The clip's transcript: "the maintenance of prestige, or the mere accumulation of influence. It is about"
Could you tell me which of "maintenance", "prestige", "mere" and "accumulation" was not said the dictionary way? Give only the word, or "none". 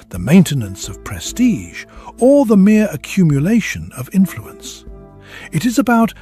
none